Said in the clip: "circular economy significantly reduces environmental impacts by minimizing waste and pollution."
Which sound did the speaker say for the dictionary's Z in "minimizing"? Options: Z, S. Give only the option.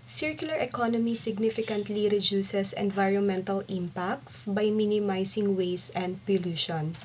S